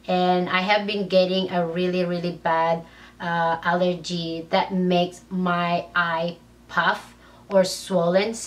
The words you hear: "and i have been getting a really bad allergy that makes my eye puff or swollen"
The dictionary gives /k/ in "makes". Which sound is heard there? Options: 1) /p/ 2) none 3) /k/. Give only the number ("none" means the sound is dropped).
3